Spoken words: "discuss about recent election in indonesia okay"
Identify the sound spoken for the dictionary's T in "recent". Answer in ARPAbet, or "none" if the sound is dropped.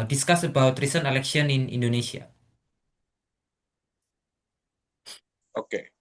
none